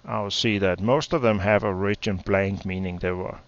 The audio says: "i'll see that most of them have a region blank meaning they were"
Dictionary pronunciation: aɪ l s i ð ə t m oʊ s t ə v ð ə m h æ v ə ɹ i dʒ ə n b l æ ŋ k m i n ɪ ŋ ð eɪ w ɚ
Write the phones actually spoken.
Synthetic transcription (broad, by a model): aɪ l s i ð ə t m oʊ s t ə v ð ə m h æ v ə ɹ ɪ tʃ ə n b l æ ŋ k m i n ɪ ŋ ð eɪ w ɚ